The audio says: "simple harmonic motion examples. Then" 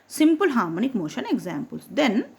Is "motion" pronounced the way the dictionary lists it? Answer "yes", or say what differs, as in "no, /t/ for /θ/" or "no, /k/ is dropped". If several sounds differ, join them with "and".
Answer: yes